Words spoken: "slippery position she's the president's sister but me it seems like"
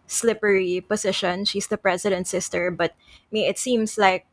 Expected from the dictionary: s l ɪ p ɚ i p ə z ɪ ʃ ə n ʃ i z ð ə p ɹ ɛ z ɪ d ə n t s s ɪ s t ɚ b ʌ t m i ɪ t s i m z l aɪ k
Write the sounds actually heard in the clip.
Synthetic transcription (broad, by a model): s l ɪ p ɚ i p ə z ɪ ʃ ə n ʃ i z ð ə p ɹ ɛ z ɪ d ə n t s s ɪ s t ɚ b ʌ t m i ɪ t s i m s l aɪ k